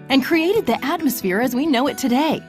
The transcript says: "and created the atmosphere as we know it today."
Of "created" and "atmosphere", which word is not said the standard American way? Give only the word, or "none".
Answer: none